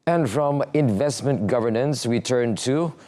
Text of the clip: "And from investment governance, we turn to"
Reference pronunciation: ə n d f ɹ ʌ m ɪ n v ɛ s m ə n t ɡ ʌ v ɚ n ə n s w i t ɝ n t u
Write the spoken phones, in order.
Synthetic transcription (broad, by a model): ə n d f ɹ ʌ m ɪ n v ɛ s m ə n t ɡ ʌ v ɚ n ə n s w i t ɝ n t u